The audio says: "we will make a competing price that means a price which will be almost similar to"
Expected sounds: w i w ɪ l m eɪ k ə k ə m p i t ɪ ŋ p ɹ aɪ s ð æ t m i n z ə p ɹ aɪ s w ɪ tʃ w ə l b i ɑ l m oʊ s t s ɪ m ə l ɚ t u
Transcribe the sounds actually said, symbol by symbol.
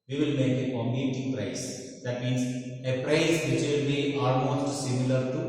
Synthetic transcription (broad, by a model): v i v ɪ l m eɪ k ə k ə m i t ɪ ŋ p ɹ aɪ s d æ t m i n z ə p ɹ aɪ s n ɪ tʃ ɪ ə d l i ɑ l m oʊ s t s ɪ m ə l ɚ t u